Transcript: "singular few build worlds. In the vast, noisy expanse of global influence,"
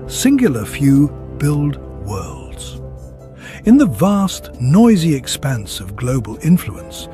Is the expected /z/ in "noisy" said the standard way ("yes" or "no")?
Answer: yes